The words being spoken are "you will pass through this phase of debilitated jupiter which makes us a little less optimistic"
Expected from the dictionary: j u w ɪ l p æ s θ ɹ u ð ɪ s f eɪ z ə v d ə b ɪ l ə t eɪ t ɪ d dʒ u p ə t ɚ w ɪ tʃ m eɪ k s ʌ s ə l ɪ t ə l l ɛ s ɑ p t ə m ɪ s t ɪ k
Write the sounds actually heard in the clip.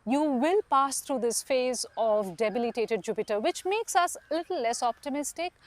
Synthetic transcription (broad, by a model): j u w ɪ l p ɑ s t ɹ u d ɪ s f eɪ z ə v d ə b ɪ l ə t eɪ t ɪ d dʒ u p ə t ɚ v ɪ tʃ m eɪ k s ʌ s ə l ɪ t l l ɛ s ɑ p t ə m ɪ s t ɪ k